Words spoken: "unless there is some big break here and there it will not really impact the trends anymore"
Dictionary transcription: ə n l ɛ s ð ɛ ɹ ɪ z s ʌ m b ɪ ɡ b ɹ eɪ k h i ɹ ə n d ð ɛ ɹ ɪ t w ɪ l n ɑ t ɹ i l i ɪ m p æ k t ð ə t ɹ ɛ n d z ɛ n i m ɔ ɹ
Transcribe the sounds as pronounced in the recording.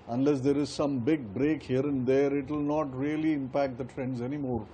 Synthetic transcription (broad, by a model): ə n l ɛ s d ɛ ɹ ɪ z s ʌ m b ɪ ɡ b ɹ eɪ k h i ɹ ə n d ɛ ɹ ɪ t w ɪ l n ɑ t ɹ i l i ɪ m p æ k t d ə t ɹ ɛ n d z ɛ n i m ɔ ɹ